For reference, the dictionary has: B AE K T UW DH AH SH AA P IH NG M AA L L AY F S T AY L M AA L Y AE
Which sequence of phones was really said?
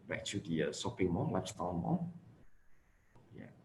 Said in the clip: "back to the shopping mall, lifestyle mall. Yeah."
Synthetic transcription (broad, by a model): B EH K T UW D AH S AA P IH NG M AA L L AY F S T AY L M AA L Y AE